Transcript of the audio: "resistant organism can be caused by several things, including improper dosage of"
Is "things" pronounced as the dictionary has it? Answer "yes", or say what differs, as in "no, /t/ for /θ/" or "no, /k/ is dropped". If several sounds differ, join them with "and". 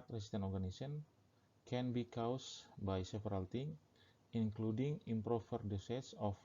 no, /t/ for /θ/ and /z/ is dropped